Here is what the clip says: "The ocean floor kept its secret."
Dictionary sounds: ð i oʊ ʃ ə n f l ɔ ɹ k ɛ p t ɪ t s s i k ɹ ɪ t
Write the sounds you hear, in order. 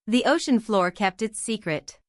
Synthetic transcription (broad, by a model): ð i oʊ ʃ ə n f l ɔ ɹ k ɛ p t ɪ t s s i k ɹ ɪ t